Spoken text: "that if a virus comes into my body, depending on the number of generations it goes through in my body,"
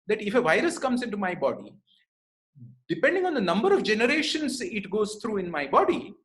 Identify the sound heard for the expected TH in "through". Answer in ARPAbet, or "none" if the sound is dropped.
T